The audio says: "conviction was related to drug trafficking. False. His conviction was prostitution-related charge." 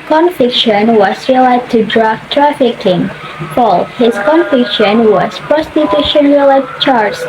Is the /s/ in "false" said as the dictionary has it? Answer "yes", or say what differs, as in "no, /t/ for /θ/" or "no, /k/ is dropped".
no, /s/ is dropped